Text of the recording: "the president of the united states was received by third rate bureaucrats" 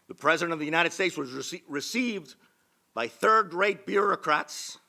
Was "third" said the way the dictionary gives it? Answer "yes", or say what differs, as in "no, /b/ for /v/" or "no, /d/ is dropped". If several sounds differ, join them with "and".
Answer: yes